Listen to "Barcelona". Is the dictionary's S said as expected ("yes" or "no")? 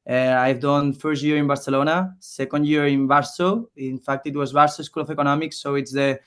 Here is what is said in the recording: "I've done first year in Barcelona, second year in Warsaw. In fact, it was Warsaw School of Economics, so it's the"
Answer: yes